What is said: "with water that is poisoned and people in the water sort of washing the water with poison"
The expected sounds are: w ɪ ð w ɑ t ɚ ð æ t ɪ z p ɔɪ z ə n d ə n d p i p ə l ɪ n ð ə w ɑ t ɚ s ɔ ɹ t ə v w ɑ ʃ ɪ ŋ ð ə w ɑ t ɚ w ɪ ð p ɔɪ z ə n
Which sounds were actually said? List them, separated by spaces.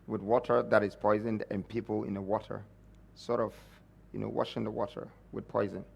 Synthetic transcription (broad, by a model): w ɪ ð w ɑ t ɚ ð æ t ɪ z p ɔɪ z ə n d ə n p i p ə l ɪ n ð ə w ɑ t ɚ s ɔ ɹ t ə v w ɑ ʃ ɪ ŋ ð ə w ɑ t ɚ w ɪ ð p ɔɪ z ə n